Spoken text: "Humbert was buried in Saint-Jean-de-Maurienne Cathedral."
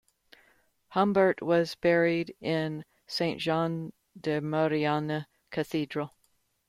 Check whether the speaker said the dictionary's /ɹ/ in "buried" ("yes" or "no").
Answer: yes